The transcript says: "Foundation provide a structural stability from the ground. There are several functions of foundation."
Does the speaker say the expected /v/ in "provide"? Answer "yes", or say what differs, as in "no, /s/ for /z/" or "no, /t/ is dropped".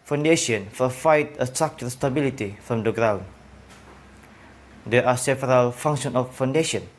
no, /f/ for /v/